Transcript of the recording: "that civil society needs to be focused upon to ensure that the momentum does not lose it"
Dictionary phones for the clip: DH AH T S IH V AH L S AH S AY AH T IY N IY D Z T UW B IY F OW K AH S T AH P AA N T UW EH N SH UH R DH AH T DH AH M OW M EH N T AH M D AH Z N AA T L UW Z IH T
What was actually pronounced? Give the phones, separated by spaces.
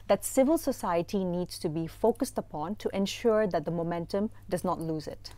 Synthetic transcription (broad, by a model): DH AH T S IH V AH L S AH S AY AH T IY N IY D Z T UW B IY F OW K AH S T AH P AA N T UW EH N SH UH R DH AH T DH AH M OW M EH N T AH M D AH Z N AA T L UW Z IH T